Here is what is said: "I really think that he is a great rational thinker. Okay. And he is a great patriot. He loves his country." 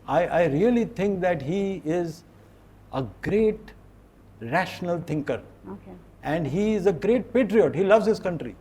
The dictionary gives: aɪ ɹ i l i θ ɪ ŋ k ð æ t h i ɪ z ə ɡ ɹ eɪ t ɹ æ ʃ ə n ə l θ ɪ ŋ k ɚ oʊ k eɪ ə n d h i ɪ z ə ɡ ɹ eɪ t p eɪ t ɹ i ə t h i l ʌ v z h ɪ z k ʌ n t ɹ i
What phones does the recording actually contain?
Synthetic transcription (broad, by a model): aɪ ɹ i l i t ɪ ŋ k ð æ t h i ɪ z ə ɡ ɹ eɪ t ɹ æ ʃ ə n ə l t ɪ ŋ k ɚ oʊ k eɪ ə n d h i ɪ z ə ɡ ɹ eɪ t p eɪ t ɹ i ə t h i l ʌ v z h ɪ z k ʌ n t ɹ i